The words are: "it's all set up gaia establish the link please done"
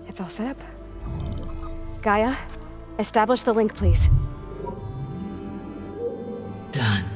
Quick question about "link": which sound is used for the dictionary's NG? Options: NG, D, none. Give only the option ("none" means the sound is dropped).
NG